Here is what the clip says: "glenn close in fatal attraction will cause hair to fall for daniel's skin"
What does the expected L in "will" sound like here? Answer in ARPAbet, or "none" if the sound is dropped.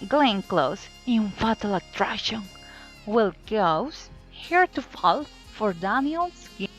L